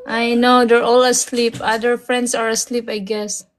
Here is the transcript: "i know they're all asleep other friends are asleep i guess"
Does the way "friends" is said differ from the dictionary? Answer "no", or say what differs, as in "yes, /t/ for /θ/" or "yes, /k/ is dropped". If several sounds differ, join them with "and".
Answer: yes, /s/ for /z/